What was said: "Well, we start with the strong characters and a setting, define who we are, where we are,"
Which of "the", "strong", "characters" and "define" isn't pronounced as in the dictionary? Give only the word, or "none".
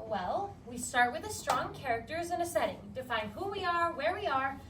none